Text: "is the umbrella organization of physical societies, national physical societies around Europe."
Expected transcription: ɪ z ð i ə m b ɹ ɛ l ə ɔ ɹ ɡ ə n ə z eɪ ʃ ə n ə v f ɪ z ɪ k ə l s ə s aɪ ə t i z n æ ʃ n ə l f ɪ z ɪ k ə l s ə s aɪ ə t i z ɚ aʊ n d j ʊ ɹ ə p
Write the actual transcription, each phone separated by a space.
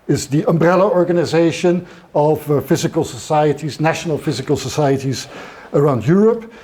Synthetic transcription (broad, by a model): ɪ z ð i ə m b ɹ ɛ l ə ɔ ɹ ɡ ə n ə z eɪ ʃ ə n ə v f ɪ z ɪ k ə l s ə s aɪ ə t i z n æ ʃ n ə l f ɪ z ɪ k ə l s ə s aɪ ə t i z ɚ aʊ n d j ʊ ɹ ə p